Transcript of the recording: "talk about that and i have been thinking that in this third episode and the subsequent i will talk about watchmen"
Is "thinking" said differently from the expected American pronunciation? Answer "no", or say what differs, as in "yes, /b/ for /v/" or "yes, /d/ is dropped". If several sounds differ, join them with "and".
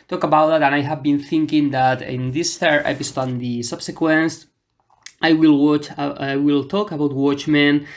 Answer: no